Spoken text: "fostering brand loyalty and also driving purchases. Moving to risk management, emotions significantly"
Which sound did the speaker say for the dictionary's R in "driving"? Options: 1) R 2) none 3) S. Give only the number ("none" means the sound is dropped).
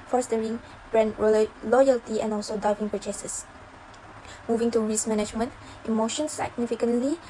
2